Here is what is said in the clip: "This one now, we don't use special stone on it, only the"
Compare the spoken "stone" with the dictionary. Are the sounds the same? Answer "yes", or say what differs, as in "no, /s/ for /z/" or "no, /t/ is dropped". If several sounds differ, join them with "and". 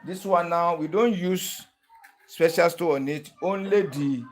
no, /n/ is dropped